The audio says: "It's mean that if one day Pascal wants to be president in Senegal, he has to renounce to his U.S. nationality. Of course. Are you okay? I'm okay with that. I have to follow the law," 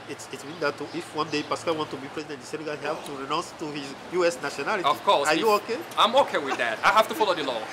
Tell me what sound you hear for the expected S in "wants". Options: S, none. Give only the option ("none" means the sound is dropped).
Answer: none